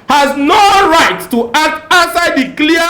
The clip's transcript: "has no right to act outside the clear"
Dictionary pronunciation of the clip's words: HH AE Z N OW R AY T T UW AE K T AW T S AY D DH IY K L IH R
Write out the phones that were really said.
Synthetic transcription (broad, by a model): HH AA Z N OW R AY T T UW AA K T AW S AY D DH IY K L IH